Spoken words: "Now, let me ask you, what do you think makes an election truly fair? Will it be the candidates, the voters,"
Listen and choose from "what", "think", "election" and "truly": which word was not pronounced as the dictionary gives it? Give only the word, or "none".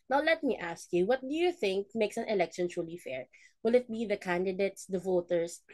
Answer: none